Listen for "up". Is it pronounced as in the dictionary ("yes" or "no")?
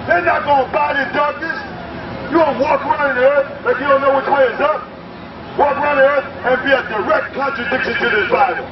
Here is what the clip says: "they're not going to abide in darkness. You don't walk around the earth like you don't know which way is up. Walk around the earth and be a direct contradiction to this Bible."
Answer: yes